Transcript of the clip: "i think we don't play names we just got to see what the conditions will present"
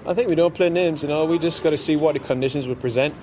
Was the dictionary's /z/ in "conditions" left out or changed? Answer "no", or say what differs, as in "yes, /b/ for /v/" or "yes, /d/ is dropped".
no